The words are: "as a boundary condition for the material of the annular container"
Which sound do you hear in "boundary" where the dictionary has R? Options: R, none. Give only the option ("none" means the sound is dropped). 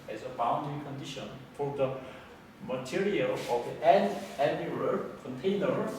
none